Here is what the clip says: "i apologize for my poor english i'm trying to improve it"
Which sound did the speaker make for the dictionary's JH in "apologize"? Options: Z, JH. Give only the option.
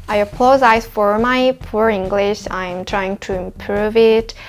Z